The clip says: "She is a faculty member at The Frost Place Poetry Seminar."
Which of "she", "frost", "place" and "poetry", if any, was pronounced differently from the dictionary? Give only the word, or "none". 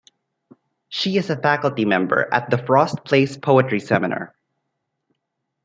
none